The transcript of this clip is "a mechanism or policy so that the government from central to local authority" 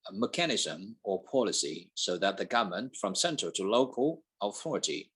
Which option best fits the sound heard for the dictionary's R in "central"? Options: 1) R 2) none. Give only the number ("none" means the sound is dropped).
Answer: 2